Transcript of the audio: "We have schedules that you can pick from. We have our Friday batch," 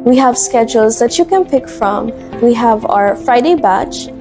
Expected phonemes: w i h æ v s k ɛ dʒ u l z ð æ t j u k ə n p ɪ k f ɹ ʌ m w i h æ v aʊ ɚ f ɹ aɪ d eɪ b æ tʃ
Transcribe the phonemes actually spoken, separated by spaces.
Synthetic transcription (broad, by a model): w i h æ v s k ɛ dʒ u l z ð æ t j u k ə n p ɪ k f ɹ ʌ m w i h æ v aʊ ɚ f ɹ aɪ d eɪ b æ tʃ